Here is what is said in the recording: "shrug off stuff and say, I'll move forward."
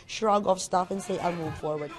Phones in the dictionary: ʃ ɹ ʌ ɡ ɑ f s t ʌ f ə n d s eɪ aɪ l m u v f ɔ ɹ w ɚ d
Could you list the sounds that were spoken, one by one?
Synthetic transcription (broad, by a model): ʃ ɹ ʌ ɡ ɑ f s t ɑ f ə n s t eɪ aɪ n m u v f ɔ ɹ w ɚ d